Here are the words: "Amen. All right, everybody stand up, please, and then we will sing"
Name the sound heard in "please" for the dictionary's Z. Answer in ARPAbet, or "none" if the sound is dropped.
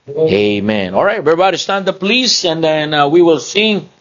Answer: S